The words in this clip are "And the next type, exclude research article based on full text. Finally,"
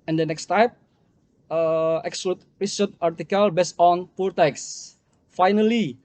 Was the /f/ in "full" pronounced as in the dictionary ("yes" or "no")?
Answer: no